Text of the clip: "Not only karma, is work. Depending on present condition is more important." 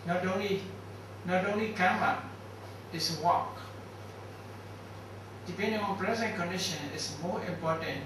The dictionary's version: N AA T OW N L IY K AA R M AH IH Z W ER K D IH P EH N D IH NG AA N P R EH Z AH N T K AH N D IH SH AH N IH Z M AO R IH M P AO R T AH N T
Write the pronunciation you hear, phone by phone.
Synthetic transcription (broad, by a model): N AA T OW N L IY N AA L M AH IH S W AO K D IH P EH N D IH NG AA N P R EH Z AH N K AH N D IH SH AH N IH S M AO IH M P AO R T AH N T